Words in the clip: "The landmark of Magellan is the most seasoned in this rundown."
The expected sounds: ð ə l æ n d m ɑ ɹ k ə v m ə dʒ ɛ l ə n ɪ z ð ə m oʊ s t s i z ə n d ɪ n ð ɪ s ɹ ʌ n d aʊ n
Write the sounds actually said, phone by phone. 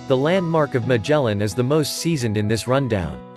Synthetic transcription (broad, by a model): ð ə l æ n d m ɑ ɹ k ə v m ə dʒ ɛ l ə n ɪ z ð ə m oʊ s t s i z ə n d ɪ n ð ɪ s ɹ ʌ n d aʊ n